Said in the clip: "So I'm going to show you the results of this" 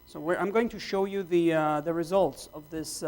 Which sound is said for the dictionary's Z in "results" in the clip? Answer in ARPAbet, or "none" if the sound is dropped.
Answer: Z